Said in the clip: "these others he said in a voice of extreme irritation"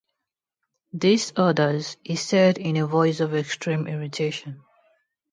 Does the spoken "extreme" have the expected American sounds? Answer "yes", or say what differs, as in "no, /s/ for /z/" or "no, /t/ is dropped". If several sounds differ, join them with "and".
yes